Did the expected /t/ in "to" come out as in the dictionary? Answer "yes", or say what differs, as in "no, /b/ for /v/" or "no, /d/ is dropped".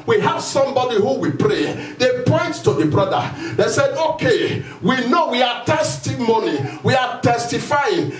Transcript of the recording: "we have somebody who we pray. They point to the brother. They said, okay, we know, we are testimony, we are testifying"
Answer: yes